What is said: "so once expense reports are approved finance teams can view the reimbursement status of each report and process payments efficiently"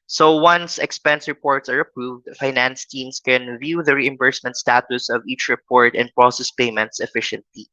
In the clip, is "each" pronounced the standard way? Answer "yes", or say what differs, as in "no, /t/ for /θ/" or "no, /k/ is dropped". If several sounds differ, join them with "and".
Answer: yes